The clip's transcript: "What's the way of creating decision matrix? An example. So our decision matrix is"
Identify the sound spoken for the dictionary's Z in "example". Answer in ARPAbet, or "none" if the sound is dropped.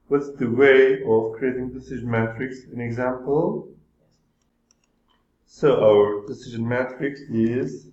Z